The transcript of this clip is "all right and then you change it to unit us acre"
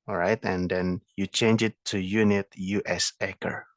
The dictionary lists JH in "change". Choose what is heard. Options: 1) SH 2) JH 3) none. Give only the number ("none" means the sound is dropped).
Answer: 2